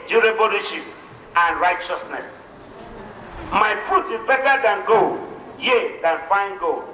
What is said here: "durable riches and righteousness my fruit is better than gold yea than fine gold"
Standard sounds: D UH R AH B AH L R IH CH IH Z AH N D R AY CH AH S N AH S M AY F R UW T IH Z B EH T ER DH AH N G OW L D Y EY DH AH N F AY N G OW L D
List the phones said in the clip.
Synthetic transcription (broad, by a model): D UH R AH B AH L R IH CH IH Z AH N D R AY CH AH S N AH S M AY F UW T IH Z B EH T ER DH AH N G OW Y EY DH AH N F AY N G OW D